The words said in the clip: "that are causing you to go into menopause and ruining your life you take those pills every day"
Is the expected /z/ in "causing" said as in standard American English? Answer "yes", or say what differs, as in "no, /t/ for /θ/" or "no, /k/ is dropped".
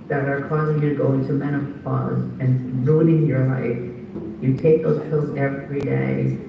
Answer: yes